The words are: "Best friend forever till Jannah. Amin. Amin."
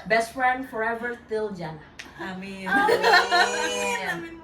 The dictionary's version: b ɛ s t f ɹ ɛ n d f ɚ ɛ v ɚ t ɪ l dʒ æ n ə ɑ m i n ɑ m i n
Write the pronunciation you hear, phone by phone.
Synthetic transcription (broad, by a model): b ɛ s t f ɹ ɛ n d f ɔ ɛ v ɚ t ɪ l dʒ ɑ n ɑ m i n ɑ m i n